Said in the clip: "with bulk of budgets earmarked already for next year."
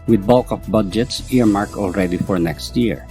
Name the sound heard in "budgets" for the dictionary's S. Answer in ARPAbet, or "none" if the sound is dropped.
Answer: S